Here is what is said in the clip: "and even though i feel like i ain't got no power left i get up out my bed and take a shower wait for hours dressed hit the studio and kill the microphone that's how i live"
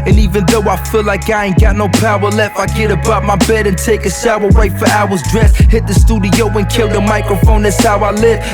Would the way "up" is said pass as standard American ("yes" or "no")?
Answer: no